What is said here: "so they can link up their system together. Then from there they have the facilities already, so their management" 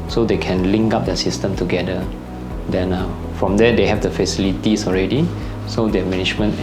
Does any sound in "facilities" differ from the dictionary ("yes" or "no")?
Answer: yes